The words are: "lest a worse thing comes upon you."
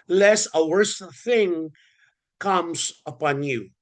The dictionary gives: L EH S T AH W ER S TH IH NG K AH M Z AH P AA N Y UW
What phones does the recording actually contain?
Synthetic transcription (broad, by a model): L EH S AH W ER S TH IH NG K AH M Z AH P AA N Y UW